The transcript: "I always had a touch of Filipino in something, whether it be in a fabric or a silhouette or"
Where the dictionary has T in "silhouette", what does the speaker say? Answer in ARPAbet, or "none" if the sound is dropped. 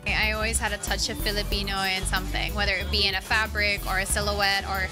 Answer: T